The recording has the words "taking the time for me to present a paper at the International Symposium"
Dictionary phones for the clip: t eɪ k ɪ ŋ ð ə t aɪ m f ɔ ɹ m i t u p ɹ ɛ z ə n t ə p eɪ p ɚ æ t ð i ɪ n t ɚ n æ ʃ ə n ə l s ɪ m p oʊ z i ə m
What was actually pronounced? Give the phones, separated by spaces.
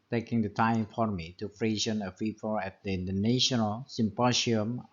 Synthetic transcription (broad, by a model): t eɪ k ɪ ŋ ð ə t aɪ m f ɔ ɹ m i t u f ɹ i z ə n ə f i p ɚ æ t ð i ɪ n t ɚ n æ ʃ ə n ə l s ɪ m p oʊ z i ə m